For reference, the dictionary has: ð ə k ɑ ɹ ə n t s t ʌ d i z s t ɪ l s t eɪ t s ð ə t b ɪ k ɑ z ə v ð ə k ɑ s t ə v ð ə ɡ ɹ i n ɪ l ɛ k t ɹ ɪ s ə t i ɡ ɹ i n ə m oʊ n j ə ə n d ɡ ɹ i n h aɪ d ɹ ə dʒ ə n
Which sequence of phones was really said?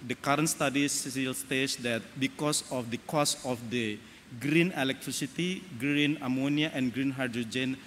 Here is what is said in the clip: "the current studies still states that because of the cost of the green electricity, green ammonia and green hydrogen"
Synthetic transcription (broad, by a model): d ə k ɑ ɹ ə n t s t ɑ d i s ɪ l s t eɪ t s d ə t b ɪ k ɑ s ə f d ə k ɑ s ə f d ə ɡ ɹ i n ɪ l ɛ k t ɹ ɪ s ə t i ɡ ɹ i n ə m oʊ n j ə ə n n ɡ ɹ i n h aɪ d ɹ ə dʒ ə n